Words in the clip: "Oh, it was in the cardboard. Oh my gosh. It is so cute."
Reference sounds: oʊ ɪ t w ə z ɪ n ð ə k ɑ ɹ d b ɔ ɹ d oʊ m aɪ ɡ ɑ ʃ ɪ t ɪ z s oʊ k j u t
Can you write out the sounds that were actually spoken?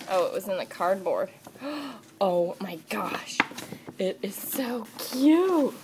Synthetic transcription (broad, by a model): oʊ ɪ t w ə z ɪ n ð ə k ɑ ɹ d b ɔ ɹ d oʊ m aɪ ɡ ɑ ʃ ɪ t ɪ z s oʊ k j u t